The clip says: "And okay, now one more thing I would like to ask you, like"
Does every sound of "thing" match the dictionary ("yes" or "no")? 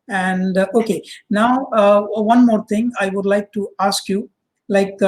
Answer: no